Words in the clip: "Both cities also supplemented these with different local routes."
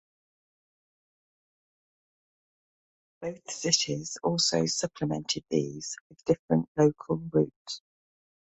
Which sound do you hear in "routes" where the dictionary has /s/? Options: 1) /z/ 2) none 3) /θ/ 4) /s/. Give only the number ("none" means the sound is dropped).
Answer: 2